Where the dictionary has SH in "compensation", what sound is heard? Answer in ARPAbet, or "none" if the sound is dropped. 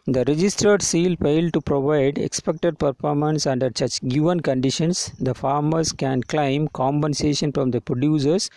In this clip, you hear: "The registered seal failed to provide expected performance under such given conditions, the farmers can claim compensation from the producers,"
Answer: SH